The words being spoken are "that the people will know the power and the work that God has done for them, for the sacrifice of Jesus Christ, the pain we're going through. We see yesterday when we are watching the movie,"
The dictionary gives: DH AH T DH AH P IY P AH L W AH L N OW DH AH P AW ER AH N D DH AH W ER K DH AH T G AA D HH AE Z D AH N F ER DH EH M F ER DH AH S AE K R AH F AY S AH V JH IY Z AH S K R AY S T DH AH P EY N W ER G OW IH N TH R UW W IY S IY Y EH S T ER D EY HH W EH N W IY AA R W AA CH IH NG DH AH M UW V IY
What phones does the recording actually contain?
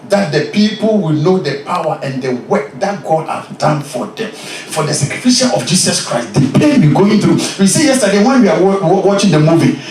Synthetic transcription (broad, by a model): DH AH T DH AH P IY P AH L W AH L N OW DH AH P AW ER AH N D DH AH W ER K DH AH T G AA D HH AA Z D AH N F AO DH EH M F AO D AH S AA K R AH F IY SH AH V JH IY S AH S K R AY S T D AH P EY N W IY G OW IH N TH R UW W IY S IY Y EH S T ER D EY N W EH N W IY AA W W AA CH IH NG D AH M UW V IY